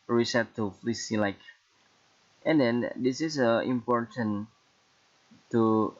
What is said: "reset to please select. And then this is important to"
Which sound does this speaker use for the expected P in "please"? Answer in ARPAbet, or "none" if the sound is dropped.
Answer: F